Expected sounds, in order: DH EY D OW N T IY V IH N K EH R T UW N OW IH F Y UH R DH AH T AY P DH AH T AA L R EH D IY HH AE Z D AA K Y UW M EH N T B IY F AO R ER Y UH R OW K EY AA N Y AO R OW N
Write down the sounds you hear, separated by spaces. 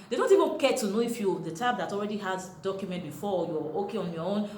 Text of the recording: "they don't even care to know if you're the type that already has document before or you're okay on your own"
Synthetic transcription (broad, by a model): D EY D OW N T IY V IH N K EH T UW N OW IH F Y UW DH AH T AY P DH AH T AA L R EH D IY HH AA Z D AA K Y UW M EH N T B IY F AO Y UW OW K EY AA N Y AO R OW N